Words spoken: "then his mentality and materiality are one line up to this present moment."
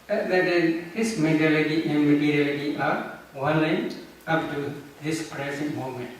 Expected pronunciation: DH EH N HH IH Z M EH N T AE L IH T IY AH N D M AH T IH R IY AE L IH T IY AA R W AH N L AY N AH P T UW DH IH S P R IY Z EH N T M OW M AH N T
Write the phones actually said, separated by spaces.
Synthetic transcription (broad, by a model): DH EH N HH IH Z M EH T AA L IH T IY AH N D M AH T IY R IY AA L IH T IY AA R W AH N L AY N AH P T UW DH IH S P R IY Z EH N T M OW M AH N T